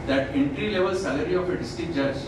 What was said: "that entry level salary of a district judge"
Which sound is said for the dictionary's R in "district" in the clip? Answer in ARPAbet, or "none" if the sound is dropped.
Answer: none